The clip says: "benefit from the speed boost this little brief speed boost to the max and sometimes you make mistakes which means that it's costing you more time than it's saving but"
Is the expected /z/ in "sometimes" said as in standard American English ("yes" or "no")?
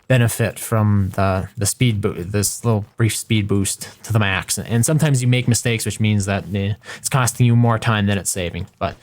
yes